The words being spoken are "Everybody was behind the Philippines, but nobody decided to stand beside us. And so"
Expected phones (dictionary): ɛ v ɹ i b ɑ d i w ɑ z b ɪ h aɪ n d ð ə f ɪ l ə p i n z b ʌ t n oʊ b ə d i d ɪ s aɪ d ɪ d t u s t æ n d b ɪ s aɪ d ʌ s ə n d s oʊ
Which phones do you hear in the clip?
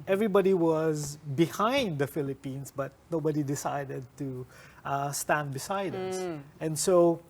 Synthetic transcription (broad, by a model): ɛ v ɹ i b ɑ d i w ɑ z b ɪ h aɪ n d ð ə f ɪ l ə p i n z b ʌ t n oʊ b ə d i d ɪ s aɪ d ɪ d t u s t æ n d b ɪ s aɪ d ʌ s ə n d s oʊ